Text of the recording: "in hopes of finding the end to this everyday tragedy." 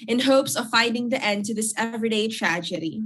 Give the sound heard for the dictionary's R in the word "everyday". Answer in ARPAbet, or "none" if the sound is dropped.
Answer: R